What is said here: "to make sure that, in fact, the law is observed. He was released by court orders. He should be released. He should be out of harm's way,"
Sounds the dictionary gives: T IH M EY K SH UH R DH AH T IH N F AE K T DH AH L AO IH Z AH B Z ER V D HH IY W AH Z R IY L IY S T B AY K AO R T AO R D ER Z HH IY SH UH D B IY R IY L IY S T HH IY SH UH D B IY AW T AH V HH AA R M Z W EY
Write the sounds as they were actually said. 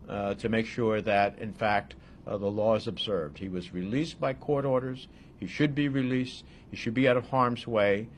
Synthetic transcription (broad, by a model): T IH M EY K SH UH R DH AH T IH N F AE K T DH AH L AO IH Z AH B Z ER V D HH IY W AH Z R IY L IY S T B AY K AO R T AO R D ER Z HH IY SH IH D B IY R IY L IY S T HH IY SH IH D B IY AW T AH V HH AA R M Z W EY